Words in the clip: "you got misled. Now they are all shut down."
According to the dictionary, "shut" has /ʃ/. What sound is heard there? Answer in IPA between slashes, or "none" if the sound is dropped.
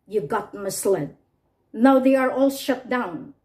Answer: /ʃ/